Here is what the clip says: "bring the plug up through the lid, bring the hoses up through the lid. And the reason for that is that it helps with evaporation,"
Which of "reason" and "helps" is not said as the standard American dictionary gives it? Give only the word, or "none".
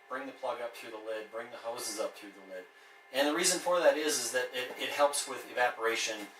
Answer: none